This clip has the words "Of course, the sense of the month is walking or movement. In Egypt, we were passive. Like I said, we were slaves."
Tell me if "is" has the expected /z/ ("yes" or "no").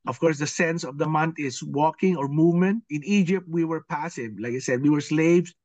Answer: no